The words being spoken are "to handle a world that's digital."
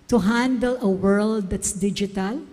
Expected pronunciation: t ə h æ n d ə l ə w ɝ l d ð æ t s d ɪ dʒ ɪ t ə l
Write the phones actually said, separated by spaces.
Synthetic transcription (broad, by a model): t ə h æ n d ə l ə w ɝ l d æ t s d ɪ dʒ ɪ t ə l